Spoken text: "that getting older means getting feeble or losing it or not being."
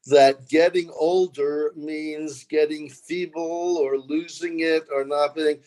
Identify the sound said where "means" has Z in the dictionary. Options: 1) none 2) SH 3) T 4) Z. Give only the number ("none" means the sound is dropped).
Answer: 4